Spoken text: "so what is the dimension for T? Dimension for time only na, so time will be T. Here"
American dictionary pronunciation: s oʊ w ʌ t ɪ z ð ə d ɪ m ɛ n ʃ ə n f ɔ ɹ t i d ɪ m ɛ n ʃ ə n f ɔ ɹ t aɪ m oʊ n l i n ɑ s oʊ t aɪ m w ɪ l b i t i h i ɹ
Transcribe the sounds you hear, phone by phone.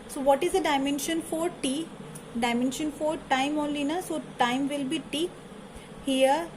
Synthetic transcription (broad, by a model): s oʊ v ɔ t ɪ z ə d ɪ m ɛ n ʃ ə n f ɔ ɹ t i d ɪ m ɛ n ʃ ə n f ɔ ɹ t aɪ m oʊ n l i n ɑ s oʊ t aɪ m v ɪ l b i t i h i ɹ